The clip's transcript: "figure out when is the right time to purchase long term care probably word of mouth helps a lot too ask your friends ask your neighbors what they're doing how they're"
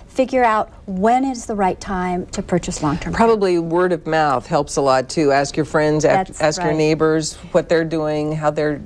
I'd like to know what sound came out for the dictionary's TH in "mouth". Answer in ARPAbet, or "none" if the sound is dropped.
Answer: TH